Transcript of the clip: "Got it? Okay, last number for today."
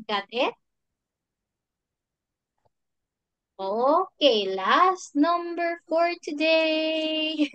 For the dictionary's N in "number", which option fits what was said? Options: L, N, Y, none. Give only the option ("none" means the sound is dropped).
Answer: N